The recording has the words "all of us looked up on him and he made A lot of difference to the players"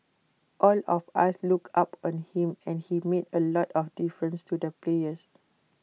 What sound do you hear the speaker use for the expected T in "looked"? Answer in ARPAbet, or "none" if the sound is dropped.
none